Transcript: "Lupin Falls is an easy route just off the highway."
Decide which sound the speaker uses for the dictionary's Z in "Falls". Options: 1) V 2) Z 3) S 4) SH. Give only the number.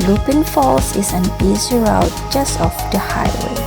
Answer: 3